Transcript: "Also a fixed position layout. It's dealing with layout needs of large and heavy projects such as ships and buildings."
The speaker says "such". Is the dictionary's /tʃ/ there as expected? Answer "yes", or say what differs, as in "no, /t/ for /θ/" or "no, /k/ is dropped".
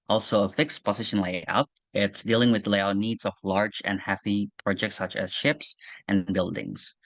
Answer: yes